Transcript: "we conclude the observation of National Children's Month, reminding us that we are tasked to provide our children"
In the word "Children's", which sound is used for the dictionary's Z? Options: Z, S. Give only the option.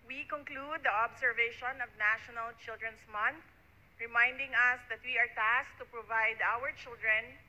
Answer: S